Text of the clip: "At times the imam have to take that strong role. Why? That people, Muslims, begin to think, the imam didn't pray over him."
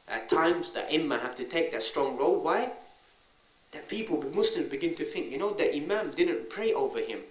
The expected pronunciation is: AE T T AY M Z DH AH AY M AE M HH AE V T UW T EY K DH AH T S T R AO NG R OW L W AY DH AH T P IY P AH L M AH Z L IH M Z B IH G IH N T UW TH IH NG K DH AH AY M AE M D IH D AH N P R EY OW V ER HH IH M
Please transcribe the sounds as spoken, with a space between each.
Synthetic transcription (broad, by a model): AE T T AY M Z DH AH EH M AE HH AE F T UW T EY K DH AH T S T R AO NG R OW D W AY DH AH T P IY P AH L M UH S L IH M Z B IH G IH N T UW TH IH NG K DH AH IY M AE M D IH D AH N P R EY OW V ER HH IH M